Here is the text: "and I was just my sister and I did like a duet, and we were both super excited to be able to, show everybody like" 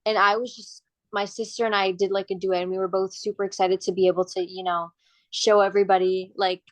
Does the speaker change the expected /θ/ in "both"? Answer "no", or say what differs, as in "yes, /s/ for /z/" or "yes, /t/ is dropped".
no